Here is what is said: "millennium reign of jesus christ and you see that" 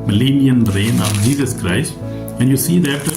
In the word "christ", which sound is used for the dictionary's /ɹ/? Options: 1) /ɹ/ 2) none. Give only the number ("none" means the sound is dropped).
1